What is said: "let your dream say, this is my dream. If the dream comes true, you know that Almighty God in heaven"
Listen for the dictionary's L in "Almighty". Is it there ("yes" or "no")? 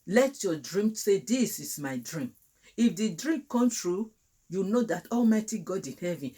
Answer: yes